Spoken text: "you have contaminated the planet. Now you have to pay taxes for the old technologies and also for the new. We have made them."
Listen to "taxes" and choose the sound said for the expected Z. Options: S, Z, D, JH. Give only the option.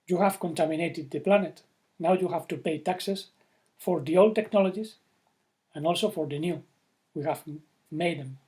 S